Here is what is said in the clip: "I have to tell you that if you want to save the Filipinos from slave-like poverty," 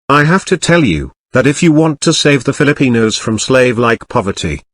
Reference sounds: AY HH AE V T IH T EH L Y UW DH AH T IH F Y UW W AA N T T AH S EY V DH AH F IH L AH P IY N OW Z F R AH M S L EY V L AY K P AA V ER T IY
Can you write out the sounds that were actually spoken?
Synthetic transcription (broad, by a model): AY HH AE F T IH T EH L Y UW DH AH T IH F Y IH W AA N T T AH S EY V DH AH F IH L AH P IY N OW Z F R AH M S L EY V L AY K P AA V ER T IY